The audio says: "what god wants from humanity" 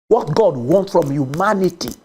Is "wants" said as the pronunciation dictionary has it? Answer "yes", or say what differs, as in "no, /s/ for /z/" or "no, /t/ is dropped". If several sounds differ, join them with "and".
no, /s/ is dropped